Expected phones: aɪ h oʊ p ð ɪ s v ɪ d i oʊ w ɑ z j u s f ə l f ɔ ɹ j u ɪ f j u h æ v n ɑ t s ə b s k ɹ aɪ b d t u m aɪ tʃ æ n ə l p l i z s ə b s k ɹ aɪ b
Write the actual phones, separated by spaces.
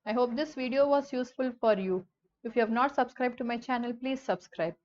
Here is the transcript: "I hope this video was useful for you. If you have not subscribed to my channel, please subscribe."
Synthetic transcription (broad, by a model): aɪ h oʊ p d ɪ s v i d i oʊ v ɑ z j u s f ə l f ɔ ɹ j u ɪ f j u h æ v n ɑ t s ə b s k ɹ aɪ b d t u m aɪ tʃ æ n ə l p l i z s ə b s k ɹ aɪ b